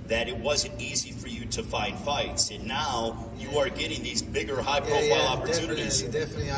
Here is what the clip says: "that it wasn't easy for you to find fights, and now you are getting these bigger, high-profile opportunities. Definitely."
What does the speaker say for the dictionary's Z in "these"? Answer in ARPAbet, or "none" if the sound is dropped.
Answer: Z